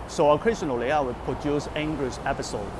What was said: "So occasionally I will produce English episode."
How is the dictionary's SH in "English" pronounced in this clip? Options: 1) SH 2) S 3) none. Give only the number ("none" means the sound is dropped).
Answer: 2